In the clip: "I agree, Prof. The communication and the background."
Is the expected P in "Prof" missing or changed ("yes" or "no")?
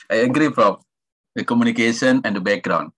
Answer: yes